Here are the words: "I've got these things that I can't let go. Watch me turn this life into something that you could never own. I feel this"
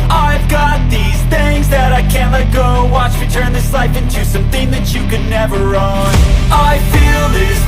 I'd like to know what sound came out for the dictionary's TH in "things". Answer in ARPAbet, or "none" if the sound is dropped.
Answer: TH